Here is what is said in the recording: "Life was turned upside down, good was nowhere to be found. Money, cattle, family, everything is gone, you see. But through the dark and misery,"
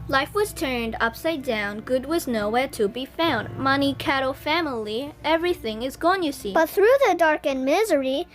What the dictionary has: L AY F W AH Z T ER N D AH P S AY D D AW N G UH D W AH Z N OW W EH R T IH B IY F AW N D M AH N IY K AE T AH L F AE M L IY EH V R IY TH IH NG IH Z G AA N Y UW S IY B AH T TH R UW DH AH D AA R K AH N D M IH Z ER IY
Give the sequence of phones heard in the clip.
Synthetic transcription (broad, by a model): L AY F W AH Z T ER N D AH P S AY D D AW N G UH D W AH Z N OW W EH R T IH B IY F AW N D M AH N IY K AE T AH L F AE M L IY EH V R IY TH IH NG IH Z G AA N Y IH S IY B AH T TH R UW DH AH D AA R K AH N M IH Z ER IY